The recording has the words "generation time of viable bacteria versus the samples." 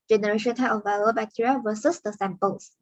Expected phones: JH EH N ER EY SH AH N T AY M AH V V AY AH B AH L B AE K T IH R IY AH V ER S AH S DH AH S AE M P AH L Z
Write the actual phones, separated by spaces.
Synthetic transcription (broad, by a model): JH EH N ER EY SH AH N T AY AH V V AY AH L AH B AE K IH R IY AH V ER S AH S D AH S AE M P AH L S